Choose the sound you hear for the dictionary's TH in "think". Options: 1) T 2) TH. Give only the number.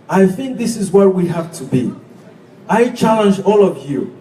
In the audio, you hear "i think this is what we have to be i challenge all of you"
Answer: 2